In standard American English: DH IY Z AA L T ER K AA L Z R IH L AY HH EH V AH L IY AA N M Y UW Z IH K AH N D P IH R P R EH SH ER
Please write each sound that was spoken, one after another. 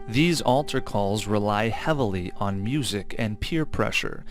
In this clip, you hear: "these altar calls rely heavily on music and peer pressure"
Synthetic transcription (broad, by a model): DH IY Z AA L T ER K AA L Z R IH L AY HH EH V L IY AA N M Y UW Z IH K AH N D P IH R P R EH SH ER